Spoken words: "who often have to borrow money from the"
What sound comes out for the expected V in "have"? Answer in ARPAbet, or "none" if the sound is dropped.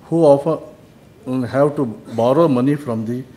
W